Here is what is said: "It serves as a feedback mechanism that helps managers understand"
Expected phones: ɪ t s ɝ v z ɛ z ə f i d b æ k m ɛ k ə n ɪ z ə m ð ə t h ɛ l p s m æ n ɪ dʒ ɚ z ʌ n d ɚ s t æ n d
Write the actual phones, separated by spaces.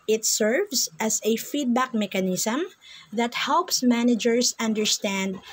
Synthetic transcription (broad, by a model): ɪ t s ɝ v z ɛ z ə f i d b æ k m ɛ k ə n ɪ s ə m ð ə t h ɛ l p s m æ n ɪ dʒ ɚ s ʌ n d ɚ s t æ n d